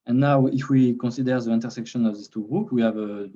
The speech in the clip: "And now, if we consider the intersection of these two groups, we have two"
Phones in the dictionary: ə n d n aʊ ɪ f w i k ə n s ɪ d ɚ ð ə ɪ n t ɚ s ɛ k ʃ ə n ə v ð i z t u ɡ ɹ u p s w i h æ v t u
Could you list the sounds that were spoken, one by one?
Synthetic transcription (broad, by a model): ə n n aʊ ɪ f w i k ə n s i d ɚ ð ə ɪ n t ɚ s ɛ k ʃ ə n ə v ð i s t u ɡ ɹ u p w i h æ v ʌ